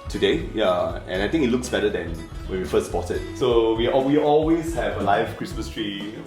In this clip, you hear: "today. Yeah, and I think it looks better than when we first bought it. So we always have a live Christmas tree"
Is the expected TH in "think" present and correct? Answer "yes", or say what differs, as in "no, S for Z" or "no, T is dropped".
no, T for TH